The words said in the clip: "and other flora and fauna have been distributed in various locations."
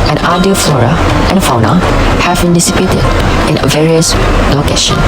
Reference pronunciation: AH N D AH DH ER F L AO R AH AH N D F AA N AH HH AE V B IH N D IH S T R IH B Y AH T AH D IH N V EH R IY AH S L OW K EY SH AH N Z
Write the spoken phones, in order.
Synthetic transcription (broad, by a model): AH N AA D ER F L AO R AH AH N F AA N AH HH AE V B IH N D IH S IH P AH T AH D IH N V EH R IY AH S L OW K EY SH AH N